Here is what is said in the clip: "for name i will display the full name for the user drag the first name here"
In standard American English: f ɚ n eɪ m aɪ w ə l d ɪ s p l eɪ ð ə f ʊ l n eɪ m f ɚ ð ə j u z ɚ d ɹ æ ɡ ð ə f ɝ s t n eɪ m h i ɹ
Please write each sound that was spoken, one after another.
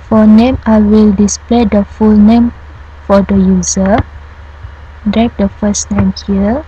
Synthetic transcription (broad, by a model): f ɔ n eɪ m aɪ w ə l d ɪ s p l eɪ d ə f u l n eɪ m f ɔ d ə j u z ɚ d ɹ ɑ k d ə f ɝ s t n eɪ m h i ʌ